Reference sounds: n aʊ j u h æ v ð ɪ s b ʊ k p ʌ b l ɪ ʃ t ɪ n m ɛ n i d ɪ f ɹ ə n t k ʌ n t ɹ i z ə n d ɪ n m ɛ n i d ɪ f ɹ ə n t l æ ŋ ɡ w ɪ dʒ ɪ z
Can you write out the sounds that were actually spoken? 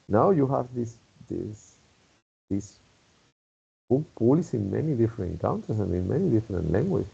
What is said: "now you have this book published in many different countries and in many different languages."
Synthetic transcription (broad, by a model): n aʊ j u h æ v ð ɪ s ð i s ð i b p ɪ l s ɪ n m ɛ n i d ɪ f ɹ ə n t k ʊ n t i s ə n d ɪ n m ɛ n i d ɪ f ɹ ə n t l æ ŋ ɡ w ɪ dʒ